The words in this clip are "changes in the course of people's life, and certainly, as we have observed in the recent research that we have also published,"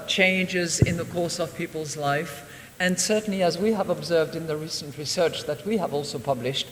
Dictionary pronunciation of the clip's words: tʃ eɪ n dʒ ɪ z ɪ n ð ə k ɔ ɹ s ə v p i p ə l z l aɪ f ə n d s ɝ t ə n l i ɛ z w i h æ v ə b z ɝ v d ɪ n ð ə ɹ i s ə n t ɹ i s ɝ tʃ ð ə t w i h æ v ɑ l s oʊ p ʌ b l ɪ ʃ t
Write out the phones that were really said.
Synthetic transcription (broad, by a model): tʃ eɪ n dʒ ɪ z ɪ n ð ə k ɔ ɹ s ə v p i p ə l z l aɪ f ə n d s ɝ t n l i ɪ z w i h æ v ə b z ɝ v d ɪ n ð ə ɹ i s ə n t ɹ i s ɝ tʃ ð ə t w i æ v ɑ l s oʊ p ʌ b l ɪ ʃ t